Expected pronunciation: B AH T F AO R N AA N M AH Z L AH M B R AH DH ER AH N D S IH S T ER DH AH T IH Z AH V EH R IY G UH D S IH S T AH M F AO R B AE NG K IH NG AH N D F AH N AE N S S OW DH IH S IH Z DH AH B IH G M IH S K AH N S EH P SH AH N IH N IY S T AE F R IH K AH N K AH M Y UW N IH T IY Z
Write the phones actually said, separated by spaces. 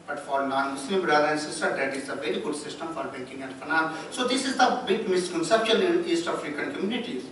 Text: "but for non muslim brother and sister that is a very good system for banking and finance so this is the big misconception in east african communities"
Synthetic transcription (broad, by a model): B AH T F AO R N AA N M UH S L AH M B R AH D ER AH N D S IH S T ER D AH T IH Z AH V EH R IY G UH D S IH S T AH M F AO R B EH K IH NG AH N D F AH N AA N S S OW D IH S IH Z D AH B IH G M IH S K AH N S EH P SH AH N IH N IY S T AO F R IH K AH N K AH M Y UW N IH T IY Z